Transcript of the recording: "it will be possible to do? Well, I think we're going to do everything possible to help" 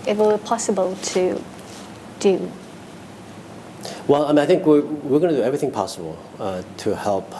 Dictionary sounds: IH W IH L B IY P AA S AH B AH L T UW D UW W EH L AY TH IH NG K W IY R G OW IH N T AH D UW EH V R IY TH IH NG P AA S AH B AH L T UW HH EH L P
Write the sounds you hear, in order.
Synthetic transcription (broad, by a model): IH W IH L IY P AA S AH B AH L T UW D UW W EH L AY TH IH NG K W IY W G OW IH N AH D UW EH V R IY TH IH NG P AA S AH B AH L T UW HH EH L P